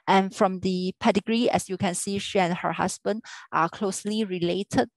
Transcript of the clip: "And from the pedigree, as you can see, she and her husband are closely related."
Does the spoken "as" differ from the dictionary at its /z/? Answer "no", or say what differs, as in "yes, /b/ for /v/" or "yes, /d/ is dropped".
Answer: yes, /s/ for /z/